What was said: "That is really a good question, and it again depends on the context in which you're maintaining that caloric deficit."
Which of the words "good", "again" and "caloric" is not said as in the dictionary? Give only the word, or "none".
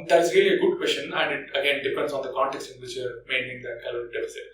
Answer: caloric